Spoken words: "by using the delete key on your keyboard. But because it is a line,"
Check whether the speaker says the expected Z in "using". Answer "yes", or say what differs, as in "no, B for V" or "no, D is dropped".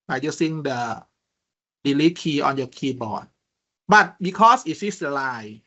no, S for Z